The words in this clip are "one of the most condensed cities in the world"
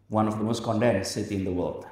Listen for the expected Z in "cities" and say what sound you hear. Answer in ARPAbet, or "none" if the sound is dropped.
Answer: none